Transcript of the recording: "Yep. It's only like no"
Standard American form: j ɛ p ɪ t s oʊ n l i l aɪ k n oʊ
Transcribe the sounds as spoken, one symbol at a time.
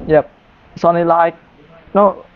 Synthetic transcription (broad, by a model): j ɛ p s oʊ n i l aɪ k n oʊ